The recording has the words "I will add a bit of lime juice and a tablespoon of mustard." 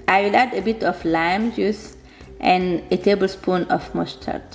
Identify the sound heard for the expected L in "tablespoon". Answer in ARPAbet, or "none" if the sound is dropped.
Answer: L